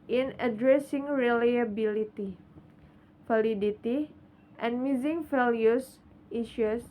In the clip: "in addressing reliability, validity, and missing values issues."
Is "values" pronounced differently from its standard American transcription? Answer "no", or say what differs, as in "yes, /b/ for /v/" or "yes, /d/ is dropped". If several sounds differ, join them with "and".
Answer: yes, /f/ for /v/ and /s/ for /z/